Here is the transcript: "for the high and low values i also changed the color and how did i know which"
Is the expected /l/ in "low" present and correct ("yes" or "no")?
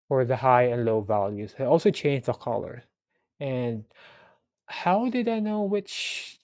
yes